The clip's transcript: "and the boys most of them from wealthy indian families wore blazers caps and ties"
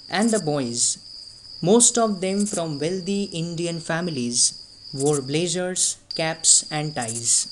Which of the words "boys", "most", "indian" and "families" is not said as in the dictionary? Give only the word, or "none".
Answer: none